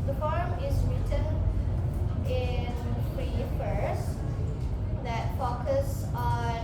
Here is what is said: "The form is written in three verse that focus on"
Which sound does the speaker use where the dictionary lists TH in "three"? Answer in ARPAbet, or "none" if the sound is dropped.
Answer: F